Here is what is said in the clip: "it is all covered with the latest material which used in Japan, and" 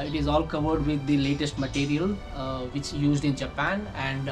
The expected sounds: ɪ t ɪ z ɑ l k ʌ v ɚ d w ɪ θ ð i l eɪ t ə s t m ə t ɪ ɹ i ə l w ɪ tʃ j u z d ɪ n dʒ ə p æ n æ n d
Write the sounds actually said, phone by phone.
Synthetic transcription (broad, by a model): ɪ t ɪ z ɑ l k ʌ v ɚ d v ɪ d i l eɪ t ə s t m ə t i ɹ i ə l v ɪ tʃ j u z d ɪ n dʒ ə p æ n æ n d